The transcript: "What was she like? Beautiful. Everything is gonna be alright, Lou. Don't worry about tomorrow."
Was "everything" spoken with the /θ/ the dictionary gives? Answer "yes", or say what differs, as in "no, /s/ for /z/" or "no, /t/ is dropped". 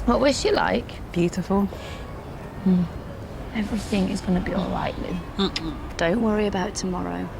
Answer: yes